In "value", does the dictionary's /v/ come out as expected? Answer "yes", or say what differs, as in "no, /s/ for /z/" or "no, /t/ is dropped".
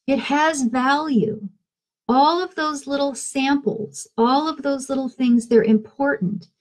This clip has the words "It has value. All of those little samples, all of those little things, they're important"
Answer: yes